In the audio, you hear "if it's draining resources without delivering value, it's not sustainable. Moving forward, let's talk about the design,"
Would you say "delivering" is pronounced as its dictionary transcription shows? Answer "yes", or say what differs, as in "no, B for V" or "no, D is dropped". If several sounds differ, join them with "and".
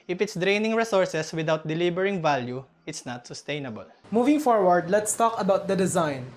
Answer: no, B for V